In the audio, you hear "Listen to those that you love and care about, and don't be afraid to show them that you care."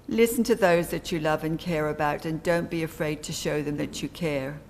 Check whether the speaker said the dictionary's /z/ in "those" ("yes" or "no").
yes